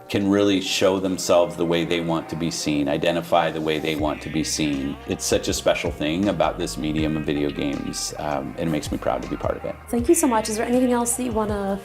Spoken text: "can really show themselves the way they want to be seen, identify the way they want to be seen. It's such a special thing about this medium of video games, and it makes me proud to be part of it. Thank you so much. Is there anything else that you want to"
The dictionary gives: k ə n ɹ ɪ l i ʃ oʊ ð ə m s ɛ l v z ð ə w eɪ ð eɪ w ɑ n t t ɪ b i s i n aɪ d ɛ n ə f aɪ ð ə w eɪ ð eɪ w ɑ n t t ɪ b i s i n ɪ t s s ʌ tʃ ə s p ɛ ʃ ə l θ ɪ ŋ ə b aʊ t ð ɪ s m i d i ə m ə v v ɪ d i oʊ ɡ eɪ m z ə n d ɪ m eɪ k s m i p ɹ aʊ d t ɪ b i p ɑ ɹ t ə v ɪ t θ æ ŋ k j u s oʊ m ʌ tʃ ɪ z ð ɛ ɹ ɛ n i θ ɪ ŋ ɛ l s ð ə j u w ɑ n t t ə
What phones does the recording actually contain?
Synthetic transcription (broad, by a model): k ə n ɹ ɪ l i ʃ oʊ ð ə m s ɛ l v z ð ə w eɪ ð eɪ w ɑ n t t ɪ b i s i n aɪ d ɛ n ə f aɪ ð ə w eɪ ð eɪ w ɑ n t t ɪ b i s i n ɪ t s s ʌ tʃ ə s p ɛ ʃ l θ ɪ ŋ ə b aʊ t ð ɪ s m i d i ə m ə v v ɪ d i oʊ ɡ eɪ m z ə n ɪ m eɪ k s m i p ɹ aʊ d t ɪ b i p ɑ ɹ t ə v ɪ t θ æ ŋ k j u s oʊ m ʌ tʃ ɪ z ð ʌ ɹ ɛ n i θ ɪ ŋ ɛ l s ð ə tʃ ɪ w ɑ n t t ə